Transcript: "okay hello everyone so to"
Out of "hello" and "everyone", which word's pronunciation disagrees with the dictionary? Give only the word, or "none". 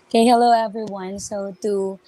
none